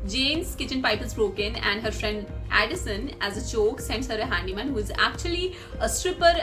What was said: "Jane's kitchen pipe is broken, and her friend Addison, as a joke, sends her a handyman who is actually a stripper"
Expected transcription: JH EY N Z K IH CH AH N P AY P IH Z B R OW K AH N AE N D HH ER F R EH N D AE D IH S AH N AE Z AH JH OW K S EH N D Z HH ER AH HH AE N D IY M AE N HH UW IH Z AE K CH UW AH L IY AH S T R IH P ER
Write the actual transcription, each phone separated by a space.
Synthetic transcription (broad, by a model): JH EY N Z K IH CH AH N P AY P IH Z B R OW K AH N AE N D HH ER F R EH N D AE D IH S AH N AE Z AH CH OW K S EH N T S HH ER AH HH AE N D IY M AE N HH UW IH Z AE K CH UW AH L IY AH S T R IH P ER